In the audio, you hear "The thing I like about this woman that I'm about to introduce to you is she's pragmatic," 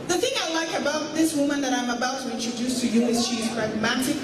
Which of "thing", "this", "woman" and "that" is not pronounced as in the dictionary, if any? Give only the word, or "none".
none